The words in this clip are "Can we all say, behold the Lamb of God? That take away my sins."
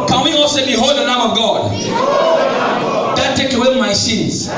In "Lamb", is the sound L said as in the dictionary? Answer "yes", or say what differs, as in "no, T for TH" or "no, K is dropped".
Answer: no, N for L